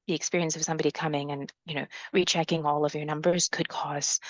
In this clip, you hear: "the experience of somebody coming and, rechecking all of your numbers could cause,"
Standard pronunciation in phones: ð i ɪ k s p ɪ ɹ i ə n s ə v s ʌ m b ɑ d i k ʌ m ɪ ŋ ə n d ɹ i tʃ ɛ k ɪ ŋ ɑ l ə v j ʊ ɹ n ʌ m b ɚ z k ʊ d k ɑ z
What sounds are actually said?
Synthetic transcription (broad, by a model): ð i ɪ k s p ɪ ɹ i ə n s ə v s ʌ m b ɑ d i k ʌ m ɪ ŋ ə n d ɹ i tʃ ɛ k ɪ ŋ ɑ l ə v j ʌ ɹ n ʌ m b ɚ z k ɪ d k ɑ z